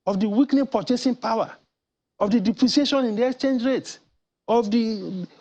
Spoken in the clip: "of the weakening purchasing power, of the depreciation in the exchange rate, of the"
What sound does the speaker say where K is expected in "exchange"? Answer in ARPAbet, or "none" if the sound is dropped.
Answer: K